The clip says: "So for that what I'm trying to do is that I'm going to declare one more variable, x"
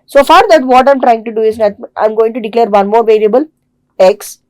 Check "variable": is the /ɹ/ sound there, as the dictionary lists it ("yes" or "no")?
no